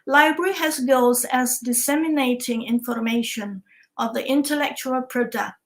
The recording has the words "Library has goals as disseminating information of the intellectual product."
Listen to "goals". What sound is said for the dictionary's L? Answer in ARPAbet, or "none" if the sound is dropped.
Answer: none